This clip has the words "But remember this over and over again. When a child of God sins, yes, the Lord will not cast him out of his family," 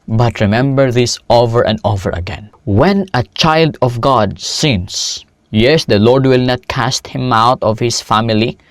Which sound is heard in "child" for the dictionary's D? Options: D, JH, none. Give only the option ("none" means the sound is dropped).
D